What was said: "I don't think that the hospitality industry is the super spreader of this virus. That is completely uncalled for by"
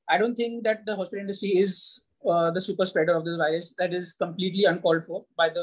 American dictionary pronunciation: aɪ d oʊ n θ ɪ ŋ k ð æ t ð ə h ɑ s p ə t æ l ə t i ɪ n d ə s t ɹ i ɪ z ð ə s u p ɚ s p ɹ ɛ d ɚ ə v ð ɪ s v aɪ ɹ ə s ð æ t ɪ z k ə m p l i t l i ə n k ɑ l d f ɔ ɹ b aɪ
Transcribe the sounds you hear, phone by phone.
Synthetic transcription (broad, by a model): aɪ d oʊ n t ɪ ŋ k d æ t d ə h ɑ s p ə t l ɪ n d ə s t ɹ i ɪ z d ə s u p ɚ s p ɹ ɛ d ɚ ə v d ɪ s v aɪ ɹ ə s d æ t ɪ z k ə m p l i t l i ə n k ɑ l d f ɔ ɹ b aɪ